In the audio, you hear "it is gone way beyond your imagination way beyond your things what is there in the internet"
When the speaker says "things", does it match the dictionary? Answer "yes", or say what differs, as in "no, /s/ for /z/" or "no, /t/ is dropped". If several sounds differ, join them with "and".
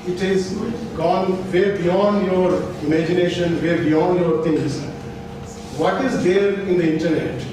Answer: no, /t/ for /θ/